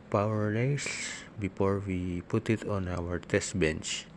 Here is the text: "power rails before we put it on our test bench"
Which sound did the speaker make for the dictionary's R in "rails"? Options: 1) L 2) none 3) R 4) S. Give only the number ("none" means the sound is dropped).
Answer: 1